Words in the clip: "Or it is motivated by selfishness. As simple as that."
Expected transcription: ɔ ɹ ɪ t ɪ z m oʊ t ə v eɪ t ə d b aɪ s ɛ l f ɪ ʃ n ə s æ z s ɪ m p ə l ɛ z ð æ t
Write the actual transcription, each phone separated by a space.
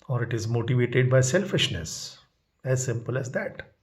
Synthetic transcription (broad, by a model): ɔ ɹ ɪ t ɪ z m oʊ t ə v eɪ t ə d b aɪ s ɛ l f ɪ ʃ n ə s æ z s ɪ m p ə l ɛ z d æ t